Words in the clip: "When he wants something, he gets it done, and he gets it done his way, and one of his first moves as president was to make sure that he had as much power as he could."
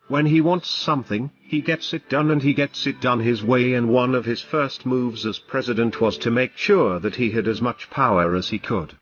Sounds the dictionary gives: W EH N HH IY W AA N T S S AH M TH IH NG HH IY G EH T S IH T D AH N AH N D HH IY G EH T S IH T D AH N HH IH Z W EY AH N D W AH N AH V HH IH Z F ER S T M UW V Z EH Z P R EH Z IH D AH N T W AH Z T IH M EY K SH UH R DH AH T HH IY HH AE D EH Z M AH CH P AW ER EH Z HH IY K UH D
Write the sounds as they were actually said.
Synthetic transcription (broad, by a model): W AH N IY W AA N T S S AH M TH IH NG IY G EH T S IH T D AH N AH N IY G EH T S IH T D AH N IH Z W EY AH N W AH N AH V IH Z F ER S T M UW V Z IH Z P R EH Z IH D AH N T W AH Z T IH M EY K SH UH R DH AH T HH IY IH D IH Z M AH CH P AW ER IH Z IY K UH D